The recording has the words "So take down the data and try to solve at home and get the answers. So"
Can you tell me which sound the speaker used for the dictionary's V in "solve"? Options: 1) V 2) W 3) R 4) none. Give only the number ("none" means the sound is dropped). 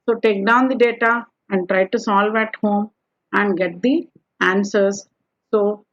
1